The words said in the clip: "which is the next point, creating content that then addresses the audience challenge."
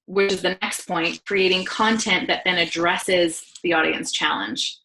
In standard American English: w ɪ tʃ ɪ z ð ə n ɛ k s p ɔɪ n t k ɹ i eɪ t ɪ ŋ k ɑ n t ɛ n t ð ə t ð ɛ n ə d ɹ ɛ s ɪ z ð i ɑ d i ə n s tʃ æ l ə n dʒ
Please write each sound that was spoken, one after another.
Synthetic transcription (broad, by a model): w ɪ tʃ ɪ z ð ə n ɛ k s p ɔɪ n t k ɹ i eɪ t ɪ ŋ k ɑ n t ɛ n ð ə t ð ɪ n ə d ɹ ɛ s ɪ z ð i ɑ d i ə n s tʃ æ l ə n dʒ